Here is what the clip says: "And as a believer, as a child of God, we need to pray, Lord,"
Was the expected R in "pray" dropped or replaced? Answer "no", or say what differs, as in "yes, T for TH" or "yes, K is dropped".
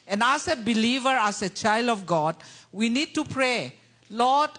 no